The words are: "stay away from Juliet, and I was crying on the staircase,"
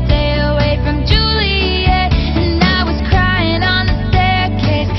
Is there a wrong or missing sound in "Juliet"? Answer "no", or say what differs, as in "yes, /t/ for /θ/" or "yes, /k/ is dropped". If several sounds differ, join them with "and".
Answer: yes, /t/ is dropped